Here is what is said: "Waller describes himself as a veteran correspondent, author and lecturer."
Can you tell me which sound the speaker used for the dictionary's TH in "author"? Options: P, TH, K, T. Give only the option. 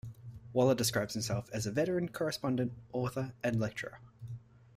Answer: TH